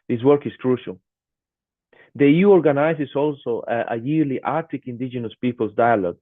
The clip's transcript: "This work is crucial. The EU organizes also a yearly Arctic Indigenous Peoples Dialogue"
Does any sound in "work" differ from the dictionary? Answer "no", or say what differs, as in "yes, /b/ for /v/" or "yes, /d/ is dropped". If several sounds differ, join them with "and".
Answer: no